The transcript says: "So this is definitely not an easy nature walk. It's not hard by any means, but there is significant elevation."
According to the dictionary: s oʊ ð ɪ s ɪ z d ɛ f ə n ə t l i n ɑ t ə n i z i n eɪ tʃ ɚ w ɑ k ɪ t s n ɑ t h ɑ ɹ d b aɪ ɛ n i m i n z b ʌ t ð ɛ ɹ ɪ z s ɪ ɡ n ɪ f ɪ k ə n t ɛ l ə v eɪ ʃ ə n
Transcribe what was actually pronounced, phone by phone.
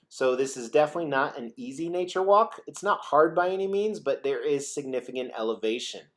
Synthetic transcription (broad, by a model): s oʊ ð ɪ s ɪ z d ɛ f ə n ə t l i n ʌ t ə n i z i n eɪ tʃ ɚ w ɑ k ɪ t s n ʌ t h ɑ ɹ d b aɪ ɛ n i m i n z b ʌ t ð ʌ ɹ ɪ z s ɪ ɡ n ɪ f ɪ k ə n t ɛ l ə v eɪ ʃ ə n